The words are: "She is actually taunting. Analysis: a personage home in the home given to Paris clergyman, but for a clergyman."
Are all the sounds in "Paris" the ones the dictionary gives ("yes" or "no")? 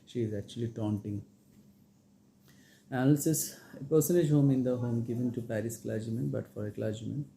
yes